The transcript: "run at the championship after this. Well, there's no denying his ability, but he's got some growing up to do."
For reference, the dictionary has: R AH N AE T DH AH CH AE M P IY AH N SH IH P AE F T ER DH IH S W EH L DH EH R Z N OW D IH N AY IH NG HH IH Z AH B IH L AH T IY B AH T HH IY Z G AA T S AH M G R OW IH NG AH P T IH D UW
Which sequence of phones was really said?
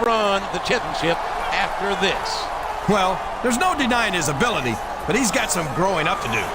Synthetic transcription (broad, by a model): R AH N DH AH CH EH M P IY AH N SH IH P AE F T ER DH IH S W EH L DH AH R Z N OW D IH N AY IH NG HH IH Z AH B IH L AH T IY B AH T HH IY Z G AA T S AH M G R OW IH NG AH P T IH D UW